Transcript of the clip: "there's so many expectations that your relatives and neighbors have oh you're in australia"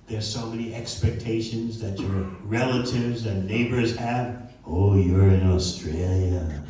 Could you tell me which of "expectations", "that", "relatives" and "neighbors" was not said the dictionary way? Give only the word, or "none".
none